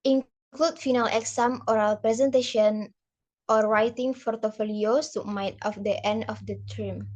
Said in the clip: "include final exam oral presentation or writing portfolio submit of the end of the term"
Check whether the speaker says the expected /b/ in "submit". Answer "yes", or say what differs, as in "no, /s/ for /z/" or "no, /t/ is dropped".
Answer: no, /b/ is dropped